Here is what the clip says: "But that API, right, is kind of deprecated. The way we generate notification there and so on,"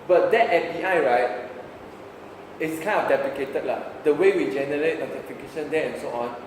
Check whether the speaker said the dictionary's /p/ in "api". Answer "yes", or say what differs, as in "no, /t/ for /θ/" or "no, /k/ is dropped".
no, /f/ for /p/